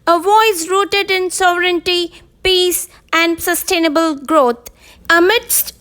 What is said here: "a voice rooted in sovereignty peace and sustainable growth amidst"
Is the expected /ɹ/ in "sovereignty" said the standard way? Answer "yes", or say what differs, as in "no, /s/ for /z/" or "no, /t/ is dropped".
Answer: yes